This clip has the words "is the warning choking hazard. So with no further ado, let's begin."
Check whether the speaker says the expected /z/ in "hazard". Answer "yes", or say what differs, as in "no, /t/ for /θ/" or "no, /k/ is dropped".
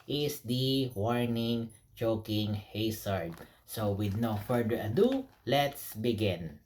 no, /s/ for /z/